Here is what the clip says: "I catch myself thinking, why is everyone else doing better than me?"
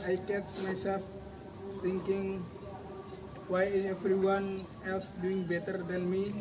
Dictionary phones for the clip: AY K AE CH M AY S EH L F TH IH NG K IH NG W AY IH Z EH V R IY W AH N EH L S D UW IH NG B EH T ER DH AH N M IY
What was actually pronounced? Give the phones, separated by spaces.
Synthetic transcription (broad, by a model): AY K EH S M AY S EH L F T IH NG K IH NG W AY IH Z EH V R IY W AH N EH L S D UW IH NG B EH T ER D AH N M IY